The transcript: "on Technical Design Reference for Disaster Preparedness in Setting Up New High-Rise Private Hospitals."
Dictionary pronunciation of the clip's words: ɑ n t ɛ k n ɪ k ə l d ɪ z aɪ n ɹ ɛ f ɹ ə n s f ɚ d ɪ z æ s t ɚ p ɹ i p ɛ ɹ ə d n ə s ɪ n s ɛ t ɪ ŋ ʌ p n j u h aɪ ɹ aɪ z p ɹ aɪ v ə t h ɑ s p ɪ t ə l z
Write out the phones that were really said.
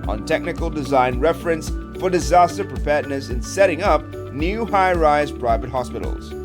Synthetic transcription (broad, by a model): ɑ n t ɛ k n ɪ k ə l d ɪ z aɪ n ɹ ɛ f ɹ ə n s f ɚ d ɪ z æ s t ɚ p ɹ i p ɛ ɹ d n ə s ɪ n s ɛ t ɪ ŋ ʌ p n j u h aɪ ɹ aɪ z p ɹ aɪ v ə t h ɑ s p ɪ t l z